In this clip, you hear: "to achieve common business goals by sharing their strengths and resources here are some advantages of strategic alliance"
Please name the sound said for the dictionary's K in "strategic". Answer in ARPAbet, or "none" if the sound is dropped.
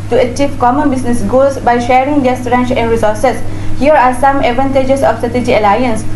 none